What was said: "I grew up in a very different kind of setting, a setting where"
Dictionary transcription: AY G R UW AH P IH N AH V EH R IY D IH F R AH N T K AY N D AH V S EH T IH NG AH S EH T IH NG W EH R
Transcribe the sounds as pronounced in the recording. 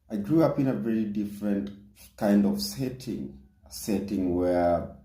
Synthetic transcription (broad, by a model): AY G R UW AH P IH N AH V EH R IY D IH F R AH N T K AY N D AH V S EH T IH NG S EH T IH NG W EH R